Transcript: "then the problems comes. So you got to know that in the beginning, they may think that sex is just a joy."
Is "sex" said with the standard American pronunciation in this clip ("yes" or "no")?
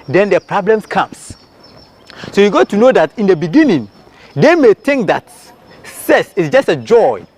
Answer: no